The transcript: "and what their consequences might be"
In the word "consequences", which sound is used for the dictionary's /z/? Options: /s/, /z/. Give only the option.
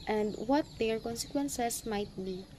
/s/